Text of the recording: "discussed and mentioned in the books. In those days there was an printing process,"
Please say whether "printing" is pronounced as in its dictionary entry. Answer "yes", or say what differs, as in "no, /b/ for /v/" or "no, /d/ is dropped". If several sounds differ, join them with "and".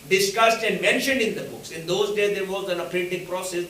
no, /n/ is dropped